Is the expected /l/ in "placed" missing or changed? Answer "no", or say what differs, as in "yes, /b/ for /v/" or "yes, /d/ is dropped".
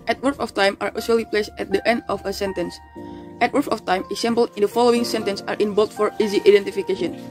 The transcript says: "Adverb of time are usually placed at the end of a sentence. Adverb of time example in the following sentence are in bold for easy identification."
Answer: no